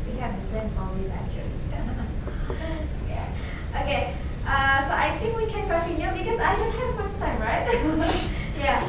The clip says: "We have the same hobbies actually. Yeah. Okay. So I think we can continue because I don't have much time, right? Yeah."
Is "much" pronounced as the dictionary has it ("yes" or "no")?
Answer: no